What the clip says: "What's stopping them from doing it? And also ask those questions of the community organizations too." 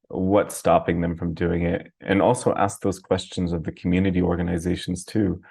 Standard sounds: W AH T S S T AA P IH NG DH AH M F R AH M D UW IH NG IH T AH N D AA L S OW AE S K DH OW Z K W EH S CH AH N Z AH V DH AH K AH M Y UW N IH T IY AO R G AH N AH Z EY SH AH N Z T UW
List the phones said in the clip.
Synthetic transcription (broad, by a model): W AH T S S T AA P IH NG DH AH M F R AH M D UW IH NG IH T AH N AA L S OW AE S K DH OW Z K W EH S CH AH N Z AH V DH AH K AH M Y UW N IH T IY AO R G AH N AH Z EY SH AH N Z T UW